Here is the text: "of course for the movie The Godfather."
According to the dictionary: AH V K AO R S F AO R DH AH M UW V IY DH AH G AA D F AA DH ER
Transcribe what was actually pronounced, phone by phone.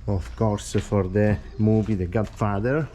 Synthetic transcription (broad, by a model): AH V K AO R S F AO R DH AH M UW B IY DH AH G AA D F AA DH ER